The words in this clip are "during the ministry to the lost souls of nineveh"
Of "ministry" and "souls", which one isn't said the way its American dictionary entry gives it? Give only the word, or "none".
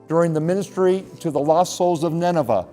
none